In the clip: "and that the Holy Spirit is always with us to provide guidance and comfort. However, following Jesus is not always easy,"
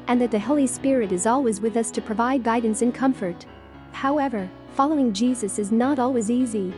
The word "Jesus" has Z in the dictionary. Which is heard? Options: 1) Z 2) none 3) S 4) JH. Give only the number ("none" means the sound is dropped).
1